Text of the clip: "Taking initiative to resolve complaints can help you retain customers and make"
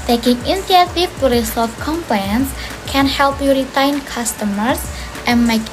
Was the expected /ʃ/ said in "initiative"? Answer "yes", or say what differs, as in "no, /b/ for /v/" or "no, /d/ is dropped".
no, /ʃ/ is dropped